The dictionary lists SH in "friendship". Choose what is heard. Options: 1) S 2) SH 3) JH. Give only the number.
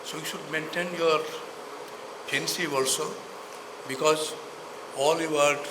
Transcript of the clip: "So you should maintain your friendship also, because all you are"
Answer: 1